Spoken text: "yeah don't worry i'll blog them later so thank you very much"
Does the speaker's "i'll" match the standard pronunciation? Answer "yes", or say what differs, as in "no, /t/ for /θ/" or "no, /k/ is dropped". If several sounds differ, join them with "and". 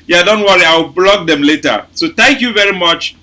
no, /w/ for /l/